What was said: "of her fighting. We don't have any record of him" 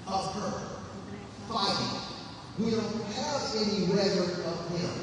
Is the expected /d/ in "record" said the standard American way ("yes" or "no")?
no